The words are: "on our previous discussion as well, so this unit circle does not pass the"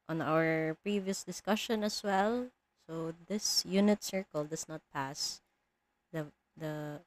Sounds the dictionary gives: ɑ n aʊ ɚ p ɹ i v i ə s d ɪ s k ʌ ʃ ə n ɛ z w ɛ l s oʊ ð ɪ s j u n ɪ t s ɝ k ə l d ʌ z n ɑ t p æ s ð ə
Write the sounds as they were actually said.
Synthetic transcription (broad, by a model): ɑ n aʊ ɚ p ɹ i v i ə s d ɪ s k ʌ ʃ ə n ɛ s w ɛ l s oʊ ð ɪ s j u n ɪ t s ɝ k ə l d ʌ s n ɑ t p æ s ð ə